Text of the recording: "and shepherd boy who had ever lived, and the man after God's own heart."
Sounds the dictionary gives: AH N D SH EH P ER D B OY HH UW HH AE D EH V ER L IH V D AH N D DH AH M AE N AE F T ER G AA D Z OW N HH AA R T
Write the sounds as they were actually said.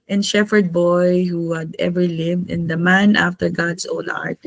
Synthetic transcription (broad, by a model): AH N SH EH F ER D B OY HH UW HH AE D EH V ER L IH V D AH N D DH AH M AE N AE F T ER G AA D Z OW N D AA R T